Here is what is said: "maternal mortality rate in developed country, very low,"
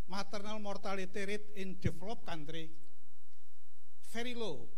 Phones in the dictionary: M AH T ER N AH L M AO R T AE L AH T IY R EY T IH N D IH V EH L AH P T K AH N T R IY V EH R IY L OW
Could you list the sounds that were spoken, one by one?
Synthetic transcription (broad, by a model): M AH T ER N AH L M AO R T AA L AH T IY R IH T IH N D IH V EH L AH P K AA N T R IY F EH R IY L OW